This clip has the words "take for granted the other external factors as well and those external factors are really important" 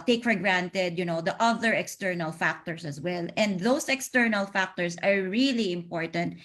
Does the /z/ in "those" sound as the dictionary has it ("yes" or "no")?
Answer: no